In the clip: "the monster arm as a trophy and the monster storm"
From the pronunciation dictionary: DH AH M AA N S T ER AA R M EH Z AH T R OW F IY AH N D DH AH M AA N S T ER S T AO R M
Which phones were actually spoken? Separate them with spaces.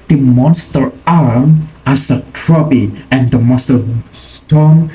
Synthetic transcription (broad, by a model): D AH M AA N S T ER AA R M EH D AH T R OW P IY AH N D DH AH M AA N S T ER S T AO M